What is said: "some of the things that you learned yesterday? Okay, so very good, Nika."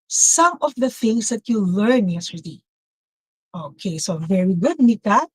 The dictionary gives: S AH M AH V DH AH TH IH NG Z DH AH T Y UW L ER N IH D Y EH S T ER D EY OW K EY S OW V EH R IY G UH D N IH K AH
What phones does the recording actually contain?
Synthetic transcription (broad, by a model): S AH M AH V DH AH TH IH NG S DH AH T Y UW L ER N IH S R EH T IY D OW K EY S OW V EH R IY G UH D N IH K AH